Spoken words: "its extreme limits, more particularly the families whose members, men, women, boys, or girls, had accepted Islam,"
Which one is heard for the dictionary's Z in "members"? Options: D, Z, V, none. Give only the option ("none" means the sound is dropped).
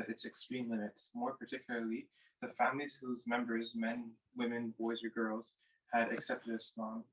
Z